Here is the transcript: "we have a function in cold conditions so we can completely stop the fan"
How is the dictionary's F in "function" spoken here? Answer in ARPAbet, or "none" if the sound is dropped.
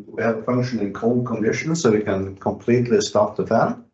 F